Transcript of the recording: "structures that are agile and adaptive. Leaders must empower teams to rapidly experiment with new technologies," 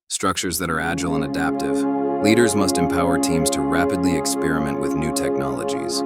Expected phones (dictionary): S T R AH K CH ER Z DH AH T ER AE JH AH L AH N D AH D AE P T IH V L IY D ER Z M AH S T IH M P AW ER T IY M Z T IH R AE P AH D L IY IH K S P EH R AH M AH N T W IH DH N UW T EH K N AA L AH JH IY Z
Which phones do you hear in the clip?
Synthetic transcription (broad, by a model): S T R AH K CH ER Z DH AH T ER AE JH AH L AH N AH D AE P T IH V L IY D ER Z M AH S T IH M P AW ER T IY M Z T IH R AE P AH D L IY IH K S P EH R AH M AH N T W IH DH N UW T EH K N AA L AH JH IY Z